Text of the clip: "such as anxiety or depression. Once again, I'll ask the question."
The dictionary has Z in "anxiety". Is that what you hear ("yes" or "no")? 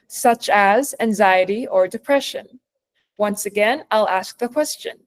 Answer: yes